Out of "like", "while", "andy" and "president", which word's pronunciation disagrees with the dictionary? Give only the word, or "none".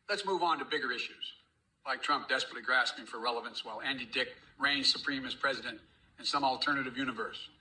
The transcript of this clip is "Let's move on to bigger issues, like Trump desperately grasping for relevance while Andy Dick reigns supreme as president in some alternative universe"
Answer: none